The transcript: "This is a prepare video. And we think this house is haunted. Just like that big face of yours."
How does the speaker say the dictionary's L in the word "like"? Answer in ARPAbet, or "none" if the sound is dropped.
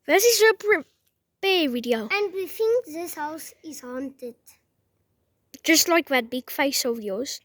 L